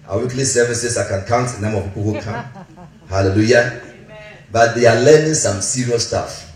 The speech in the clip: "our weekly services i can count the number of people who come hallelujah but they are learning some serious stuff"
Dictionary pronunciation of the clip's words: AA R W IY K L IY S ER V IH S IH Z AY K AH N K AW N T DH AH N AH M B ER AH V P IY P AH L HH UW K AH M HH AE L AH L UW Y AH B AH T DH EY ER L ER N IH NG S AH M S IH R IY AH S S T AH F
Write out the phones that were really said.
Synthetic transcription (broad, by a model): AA W IY K L IY S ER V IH S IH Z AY K AH N K AW N T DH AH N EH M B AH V P IY P AH L HH UW K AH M HH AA L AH L UW Y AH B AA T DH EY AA L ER N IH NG S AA M S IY R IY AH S S T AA F